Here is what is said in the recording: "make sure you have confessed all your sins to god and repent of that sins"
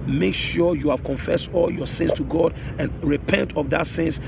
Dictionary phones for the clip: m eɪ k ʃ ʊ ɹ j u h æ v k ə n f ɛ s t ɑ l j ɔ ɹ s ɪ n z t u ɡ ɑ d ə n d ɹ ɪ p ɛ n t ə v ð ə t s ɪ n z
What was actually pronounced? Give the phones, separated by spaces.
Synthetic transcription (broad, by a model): m eɪ k ʃ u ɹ j u h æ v k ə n f ɛ s t ɑ l j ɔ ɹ s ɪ n s t u ɡ ɑ d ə n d ɹ ɪ p ɛ n t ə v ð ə t s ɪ n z